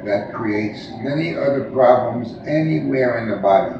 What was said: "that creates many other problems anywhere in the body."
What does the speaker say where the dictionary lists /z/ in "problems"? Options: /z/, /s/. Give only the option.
/z/